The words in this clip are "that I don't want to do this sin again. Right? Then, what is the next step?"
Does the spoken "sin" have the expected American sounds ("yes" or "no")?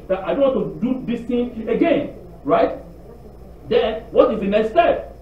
no